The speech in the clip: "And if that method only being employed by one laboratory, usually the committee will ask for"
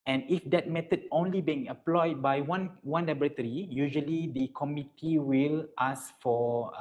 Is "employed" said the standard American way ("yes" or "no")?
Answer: no